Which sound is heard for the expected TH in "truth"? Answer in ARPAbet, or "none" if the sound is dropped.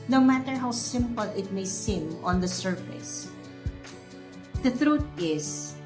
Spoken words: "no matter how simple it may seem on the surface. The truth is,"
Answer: T